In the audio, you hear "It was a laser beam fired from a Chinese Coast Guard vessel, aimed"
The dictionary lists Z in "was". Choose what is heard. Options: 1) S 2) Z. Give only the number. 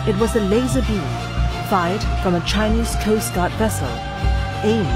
2